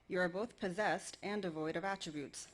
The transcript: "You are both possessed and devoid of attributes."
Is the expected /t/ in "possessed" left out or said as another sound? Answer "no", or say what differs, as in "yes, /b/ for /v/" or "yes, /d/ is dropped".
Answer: no